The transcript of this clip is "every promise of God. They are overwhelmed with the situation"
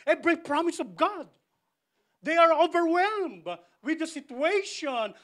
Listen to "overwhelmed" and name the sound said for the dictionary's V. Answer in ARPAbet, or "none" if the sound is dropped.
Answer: V